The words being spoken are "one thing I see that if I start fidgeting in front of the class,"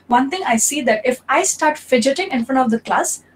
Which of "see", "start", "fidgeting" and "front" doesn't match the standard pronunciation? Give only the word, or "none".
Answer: none